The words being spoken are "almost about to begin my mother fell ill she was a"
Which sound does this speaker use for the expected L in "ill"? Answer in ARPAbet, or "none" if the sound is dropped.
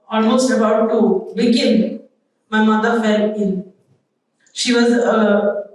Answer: N